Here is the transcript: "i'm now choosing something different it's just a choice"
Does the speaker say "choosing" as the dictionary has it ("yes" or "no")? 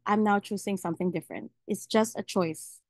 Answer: no